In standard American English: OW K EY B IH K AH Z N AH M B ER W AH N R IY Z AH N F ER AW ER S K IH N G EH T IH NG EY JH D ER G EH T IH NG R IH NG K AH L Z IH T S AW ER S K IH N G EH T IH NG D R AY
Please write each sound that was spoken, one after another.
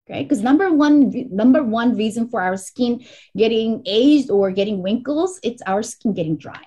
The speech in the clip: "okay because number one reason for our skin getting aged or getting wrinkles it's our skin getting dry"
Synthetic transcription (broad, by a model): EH K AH B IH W AH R N AH M B ER W AH N R IY Z AH N F ER AW ER S K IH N G EH T IH NG EY JH D ER G EH T IH NG W IH NG K L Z IH T S AW ER S K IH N G EH T IH NG D R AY